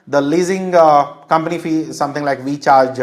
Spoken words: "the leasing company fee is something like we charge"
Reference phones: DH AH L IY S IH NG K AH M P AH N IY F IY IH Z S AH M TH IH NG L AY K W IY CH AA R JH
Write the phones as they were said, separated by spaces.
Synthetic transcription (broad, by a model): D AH L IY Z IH NG K AH M P AH N IY F IY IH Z S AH M T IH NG L AY K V IY CH AA R JH